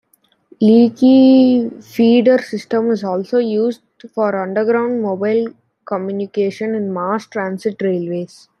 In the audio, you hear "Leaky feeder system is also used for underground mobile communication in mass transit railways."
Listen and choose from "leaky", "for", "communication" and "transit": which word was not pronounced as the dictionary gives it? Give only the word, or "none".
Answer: transit